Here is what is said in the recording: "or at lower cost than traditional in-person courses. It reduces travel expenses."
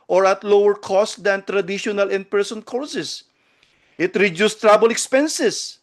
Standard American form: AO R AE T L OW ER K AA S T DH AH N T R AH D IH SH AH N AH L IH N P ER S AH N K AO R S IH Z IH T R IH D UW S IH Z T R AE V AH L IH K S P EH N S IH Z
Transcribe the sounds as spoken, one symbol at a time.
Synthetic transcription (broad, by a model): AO R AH T L OW ER K AA S T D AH N T R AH D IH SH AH N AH L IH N P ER S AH N K AO R S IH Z IH T R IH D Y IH S T R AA B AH L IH K S P EH N S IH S